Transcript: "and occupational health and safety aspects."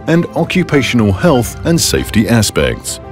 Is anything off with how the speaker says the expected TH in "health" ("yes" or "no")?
no